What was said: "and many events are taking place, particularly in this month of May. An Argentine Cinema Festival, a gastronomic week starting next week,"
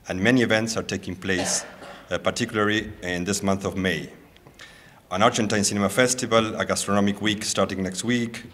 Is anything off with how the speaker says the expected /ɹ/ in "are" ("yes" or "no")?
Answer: no